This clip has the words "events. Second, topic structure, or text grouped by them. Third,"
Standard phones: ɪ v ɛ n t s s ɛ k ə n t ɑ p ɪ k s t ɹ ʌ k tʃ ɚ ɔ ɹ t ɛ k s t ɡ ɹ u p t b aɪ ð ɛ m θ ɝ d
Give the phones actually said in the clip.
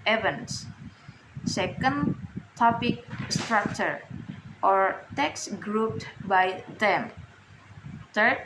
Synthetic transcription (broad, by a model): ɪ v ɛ n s s ɛ k ə n t ɑ p ɪ k s t ɹ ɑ k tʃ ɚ ɔ ɹ t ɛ k s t ɡ ɹ u p t b aɪ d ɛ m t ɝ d